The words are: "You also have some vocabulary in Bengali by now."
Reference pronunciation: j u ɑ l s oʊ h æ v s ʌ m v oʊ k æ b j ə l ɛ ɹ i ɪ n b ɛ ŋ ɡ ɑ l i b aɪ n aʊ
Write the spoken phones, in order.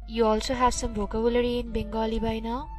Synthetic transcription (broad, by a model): j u ɑ l s oʊ h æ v s ʌ m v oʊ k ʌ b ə l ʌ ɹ i ɪ n b ɛ ŋ ɡ ɑ l i b aɪ n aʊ